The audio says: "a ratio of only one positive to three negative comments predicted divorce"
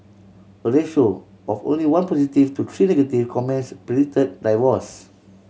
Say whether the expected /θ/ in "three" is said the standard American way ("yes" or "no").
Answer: no